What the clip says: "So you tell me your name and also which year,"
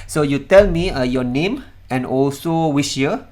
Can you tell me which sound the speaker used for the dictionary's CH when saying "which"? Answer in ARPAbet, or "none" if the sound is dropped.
SH